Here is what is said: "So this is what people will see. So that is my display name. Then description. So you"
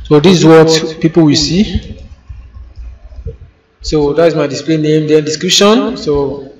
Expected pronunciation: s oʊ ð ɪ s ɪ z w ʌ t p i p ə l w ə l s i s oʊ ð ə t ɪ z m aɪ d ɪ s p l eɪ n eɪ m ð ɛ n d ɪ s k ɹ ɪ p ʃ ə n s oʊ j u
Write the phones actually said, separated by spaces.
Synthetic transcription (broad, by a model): s oʊ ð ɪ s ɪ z w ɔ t p i p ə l w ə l s i s oʊ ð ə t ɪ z m aɪ d ɪ s p l eɪ n eɪ m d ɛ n d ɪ s k ɹ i p ʃ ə n s oʊ